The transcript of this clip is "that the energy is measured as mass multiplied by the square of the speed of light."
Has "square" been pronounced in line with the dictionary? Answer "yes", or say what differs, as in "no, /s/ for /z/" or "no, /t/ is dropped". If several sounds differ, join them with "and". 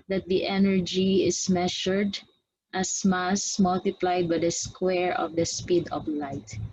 yes